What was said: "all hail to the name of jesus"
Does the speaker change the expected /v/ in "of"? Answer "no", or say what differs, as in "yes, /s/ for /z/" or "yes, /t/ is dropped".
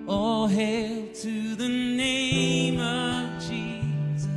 no